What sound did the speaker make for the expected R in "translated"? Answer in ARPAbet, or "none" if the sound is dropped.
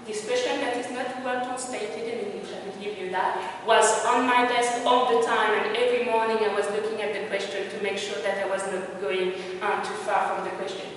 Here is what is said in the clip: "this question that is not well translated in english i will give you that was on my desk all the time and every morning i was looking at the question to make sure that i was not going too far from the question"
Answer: none